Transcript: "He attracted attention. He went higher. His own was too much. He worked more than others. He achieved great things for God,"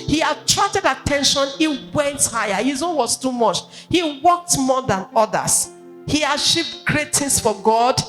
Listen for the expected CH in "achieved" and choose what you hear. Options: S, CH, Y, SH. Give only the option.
SH